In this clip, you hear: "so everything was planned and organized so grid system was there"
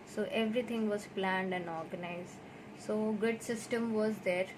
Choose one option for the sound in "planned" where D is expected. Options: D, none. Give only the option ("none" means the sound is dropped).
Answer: D